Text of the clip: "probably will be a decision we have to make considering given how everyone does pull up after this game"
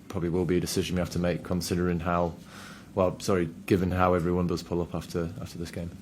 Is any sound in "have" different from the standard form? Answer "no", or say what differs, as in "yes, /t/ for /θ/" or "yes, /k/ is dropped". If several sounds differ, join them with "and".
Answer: yes, /f/ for /v/